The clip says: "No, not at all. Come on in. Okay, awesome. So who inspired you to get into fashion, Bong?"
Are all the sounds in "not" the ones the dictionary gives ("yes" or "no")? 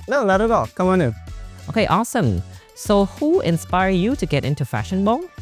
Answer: no